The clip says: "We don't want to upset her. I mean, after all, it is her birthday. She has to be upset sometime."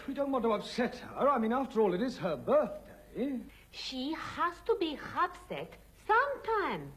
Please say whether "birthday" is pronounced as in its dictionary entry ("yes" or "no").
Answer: yes